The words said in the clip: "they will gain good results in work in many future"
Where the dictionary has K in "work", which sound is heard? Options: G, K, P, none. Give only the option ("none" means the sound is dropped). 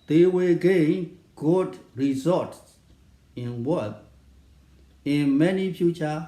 none